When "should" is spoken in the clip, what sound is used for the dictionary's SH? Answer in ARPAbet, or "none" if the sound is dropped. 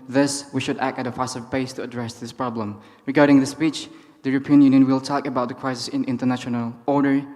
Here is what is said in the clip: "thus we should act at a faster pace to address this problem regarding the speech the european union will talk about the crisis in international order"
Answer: SH